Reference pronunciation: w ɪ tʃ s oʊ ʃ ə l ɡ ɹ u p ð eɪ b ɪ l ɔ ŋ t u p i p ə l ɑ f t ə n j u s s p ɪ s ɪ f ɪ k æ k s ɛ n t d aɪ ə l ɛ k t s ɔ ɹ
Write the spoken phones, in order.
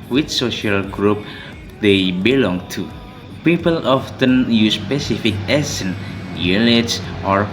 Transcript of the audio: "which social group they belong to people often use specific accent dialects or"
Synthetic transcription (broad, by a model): w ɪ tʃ s oʊ ʃ ə l ɡ ɹ u p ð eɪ b ɪ l ɔ ŋ t u p i p ə l ɑ f t ə n j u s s p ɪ s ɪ f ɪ k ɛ s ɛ n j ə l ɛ t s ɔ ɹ